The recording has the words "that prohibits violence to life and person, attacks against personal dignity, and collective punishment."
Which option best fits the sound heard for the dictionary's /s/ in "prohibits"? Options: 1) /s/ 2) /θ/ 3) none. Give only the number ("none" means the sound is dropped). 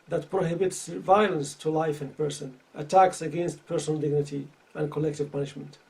1